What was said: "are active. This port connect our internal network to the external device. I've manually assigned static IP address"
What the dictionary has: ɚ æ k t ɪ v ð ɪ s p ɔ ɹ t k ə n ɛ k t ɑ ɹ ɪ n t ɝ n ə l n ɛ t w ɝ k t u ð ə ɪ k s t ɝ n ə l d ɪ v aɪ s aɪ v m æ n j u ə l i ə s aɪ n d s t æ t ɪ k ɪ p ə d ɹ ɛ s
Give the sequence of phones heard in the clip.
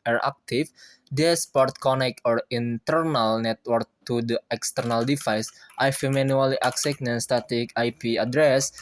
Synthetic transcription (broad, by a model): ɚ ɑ k t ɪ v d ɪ s p ɔ ɹ t k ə n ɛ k ɑ ɹ ɪ n t ɝ n ə l n ɛ t w ɝ k t u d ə ɪ k s t ɝ n ə l d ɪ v aɪ s aɪ f m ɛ n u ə l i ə s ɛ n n s t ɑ t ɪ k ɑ p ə d ɹ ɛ s